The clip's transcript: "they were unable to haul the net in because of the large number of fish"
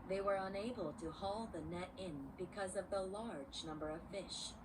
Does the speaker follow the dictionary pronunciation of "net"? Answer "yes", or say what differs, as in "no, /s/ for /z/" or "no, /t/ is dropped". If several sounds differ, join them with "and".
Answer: yes